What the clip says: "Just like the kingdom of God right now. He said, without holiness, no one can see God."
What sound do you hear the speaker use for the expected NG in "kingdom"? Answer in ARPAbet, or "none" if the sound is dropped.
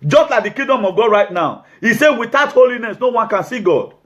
none